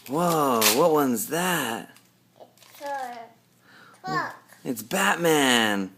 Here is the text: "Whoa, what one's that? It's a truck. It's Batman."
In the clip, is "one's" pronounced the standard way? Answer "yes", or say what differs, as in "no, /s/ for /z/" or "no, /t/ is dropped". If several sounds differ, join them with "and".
yes